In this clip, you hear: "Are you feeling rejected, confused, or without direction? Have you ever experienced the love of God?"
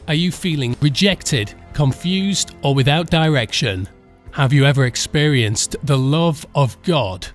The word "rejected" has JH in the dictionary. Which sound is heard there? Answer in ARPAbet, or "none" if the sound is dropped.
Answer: JH